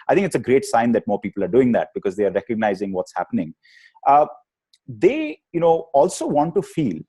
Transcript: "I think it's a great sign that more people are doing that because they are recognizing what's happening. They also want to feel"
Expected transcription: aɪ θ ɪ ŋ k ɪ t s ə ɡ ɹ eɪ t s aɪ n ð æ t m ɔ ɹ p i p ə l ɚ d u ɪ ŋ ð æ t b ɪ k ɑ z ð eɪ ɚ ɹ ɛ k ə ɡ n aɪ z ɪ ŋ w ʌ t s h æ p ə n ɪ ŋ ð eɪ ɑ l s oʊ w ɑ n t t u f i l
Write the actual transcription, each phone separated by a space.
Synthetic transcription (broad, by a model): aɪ t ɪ ŋ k ɪ t s ə ɡ ɹ eɪ t s aɪ n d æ t m ɔ ɹ p i p ə l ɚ d u ɪ ŋ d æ t b ɪ k ɑ z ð eɪ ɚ ɹ ɛ k ə ɡ n aɪ z ɪ ŋ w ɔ t s h æ p ə n ɪ ŋ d eɪ ɑ l s oʊ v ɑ n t t u f i l